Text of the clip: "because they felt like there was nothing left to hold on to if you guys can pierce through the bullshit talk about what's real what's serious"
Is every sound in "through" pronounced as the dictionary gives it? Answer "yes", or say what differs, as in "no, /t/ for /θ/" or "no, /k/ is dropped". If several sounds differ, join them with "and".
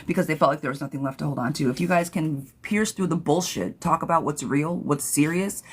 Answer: yes